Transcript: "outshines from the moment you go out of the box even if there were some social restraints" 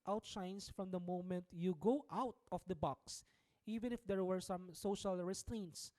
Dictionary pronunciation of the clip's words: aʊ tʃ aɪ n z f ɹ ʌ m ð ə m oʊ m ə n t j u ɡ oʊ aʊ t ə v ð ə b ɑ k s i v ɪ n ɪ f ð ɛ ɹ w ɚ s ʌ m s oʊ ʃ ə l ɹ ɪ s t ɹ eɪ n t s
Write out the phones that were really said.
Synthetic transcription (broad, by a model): aʊ tʃ aɪ n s f ɹ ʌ m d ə m oʊ m ə n t j u ɡ oʊ aʊ t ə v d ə b ɑ k s i v ɪ n ɪ f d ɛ ɹ w ɚ s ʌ m s oʊ ʃ ə l ɹ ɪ s t ɹ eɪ n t s